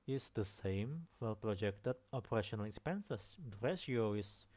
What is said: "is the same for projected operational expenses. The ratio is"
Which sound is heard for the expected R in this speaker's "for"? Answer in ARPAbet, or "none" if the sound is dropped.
L